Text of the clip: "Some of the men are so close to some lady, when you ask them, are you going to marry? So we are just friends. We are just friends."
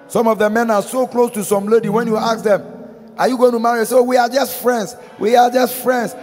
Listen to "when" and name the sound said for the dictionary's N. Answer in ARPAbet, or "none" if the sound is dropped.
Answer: N